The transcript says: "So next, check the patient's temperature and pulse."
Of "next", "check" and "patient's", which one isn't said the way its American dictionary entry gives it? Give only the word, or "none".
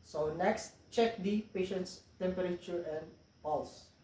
none